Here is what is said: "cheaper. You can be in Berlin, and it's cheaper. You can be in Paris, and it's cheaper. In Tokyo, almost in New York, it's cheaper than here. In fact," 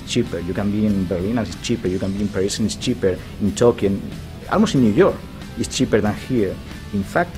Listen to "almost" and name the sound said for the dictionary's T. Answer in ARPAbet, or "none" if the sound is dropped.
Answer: none